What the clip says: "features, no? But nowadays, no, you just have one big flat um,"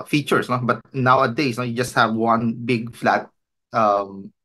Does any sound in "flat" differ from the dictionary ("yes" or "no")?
no